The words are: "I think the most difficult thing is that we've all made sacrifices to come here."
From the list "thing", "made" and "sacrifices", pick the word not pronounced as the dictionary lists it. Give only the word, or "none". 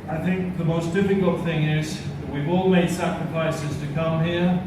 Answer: none